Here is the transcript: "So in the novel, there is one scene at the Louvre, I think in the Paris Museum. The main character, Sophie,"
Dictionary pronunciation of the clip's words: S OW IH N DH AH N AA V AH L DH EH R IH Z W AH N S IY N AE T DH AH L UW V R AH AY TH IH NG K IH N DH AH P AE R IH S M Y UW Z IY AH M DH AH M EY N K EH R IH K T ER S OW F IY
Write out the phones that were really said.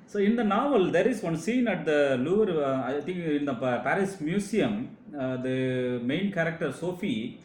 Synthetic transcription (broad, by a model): S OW IH N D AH N AA V AH L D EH R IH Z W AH N S IY N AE T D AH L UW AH R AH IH T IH NG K IH N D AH P AE R IH S M Y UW S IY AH M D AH M EY N K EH R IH K T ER S OW F IY